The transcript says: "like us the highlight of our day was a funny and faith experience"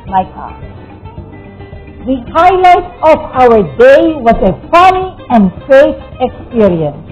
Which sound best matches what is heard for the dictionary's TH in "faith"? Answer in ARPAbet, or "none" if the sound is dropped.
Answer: T